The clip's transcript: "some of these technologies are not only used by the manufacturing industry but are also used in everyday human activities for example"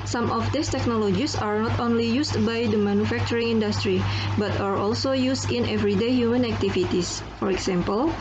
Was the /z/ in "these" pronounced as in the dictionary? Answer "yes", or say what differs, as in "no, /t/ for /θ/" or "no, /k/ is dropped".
no, /s/ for /z/